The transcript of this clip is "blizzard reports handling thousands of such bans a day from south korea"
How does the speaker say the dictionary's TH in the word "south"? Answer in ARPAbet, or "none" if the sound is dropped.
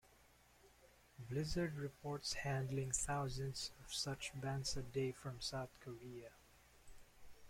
TH